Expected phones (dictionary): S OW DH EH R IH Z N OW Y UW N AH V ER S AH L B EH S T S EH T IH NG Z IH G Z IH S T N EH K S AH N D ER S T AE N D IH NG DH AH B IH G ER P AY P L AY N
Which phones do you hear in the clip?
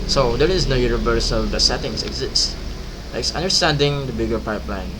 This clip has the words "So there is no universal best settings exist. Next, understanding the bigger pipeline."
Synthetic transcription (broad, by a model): S OW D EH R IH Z N OW Y UW N AH V ER S AH L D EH T S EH T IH NG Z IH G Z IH S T L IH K S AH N D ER S T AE N D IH NG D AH B IH G ER P AY P L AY N